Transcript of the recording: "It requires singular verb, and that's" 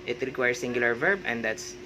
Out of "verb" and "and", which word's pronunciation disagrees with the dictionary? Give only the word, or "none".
none